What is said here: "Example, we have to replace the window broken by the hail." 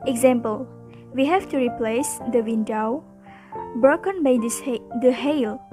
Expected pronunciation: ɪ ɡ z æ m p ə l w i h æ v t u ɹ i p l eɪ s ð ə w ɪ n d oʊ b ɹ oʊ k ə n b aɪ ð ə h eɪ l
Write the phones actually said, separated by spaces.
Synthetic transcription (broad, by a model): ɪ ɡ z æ m p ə l w i h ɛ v t u ɹ i p l eɪ s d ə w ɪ n d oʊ b ɹ oʊ k ə n b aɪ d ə h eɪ l